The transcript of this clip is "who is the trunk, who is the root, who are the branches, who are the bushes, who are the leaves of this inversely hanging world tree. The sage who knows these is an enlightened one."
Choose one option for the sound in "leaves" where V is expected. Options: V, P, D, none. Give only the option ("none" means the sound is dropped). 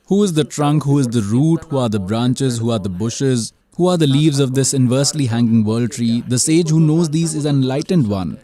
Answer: V